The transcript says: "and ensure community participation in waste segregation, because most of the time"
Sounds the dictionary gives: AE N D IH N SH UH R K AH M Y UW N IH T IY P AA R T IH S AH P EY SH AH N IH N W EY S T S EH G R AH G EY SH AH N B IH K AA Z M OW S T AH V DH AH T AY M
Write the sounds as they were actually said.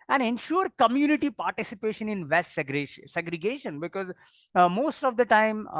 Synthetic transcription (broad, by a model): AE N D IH N SH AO R K AH M Y UW N IH T IY P AA R T IH S AH P EY SH AH N IH N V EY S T S EH G R AH G EY SH AH N B IH K AA Z M OW S T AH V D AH T AY M